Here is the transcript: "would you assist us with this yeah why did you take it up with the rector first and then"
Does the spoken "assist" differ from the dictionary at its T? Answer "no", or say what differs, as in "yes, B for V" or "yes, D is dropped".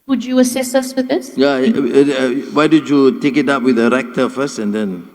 yes, T is dropped